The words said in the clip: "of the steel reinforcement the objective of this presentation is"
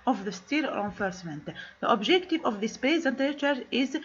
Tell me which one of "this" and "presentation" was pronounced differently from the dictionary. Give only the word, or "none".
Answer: presentation